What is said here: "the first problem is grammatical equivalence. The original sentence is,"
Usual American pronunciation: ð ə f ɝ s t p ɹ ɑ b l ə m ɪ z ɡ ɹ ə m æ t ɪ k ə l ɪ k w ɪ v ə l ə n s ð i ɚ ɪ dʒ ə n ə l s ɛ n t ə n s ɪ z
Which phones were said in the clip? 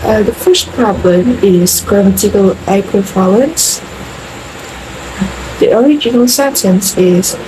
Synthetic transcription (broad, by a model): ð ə f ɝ s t p ɹ ɑ b l ə m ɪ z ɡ ɹ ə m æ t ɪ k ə l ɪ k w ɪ f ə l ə n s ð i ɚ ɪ dʒ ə n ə l s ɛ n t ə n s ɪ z